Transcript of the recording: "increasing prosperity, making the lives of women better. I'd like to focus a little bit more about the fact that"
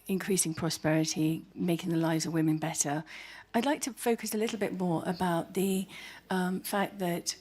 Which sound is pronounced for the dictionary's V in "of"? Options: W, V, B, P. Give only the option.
V